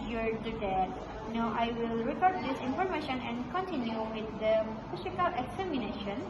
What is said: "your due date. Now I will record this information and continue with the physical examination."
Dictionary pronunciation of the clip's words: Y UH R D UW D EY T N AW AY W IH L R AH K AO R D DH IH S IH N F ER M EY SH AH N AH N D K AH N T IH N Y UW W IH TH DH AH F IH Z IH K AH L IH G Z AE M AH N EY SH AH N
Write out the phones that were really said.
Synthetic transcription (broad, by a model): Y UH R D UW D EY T N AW AY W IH L R AH K AO R D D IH S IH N F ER M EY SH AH N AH N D K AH N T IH N Y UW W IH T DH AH P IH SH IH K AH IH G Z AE M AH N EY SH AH N